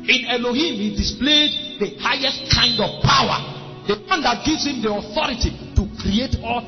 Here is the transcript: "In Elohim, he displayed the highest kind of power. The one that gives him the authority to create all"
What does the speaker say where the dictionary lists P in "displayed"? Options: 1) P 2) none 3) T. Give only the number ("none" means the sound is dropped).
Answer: 1